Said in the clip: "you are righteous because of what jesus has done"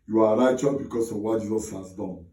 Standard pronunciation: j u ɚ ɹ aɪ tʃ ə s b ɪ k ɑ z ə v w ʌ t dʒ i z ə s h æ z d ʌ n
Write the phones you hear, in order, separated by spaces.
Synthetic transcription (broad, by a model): j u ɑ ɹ aɪ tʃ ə b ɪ k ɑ s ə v w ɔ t dʒ i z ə s h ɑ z d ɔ n